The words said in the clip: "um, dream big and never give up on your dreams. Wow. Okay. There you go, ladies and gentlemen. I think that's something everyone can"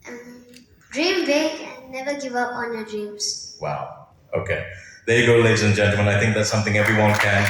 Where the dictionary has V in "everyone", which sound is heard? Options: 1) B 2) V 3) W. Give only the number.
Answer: 2